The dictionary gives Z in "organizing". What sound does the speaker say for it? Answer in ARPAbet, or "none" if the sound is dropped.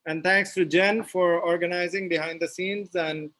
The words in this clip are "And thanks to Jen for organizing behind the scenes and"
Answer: Z